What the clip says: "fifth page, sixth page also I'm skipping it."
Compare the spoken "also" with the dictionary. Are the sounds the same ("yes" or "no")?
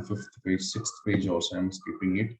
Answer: no